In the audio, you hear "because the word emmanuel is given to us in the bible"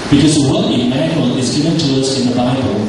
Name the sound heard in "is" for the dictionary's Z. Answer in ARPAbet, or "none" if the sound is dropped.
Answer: Z